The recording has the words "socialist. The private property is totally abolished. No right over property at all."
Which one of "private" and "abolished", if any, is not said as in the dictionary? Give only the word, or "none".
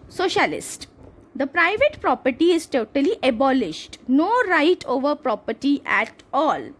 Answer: none